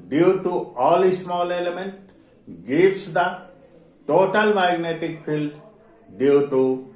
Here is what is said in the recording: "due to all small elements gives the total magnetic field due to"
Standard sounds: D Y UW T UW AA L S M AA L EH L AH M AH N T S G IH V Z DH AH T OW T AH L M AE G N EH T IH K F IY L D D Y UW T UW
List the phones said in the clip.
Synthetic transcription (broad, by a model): D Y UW T UW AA L S M AA L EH L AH M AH N T G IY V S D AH T OW T AH L M AE G N EH T IH K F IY L D D Y UW T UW